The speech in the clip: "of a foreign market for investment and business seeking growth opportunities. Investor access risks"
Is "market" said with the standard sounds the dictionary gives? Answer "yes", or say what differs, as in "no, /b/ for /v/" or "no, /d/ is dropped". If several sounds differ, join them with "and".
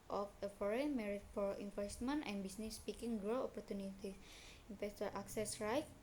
no, /k/ is dropped